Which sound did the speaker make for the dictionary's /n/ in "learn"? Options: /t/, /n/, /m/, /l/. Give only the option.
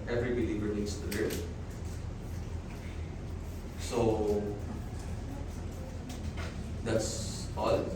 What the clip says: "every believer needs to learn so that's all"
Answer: /l/